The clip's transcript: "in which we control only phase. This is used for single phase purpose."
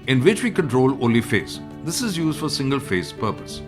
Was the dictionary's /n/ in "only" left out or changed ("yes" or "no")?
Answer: yes